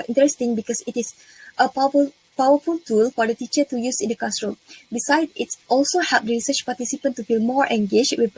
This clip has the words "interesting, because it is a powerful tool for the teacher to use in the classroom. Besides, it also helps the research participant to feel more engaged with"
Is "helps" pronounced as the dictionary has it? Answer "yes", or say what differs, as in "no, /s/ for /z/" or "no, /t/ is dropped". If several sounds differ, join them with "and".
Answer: no, /l/ is dropped